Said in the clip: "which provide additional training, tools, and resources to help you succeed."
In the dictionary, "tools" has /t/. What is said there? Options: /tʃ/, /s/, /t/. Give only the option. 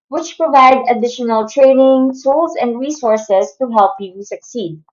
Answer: /s/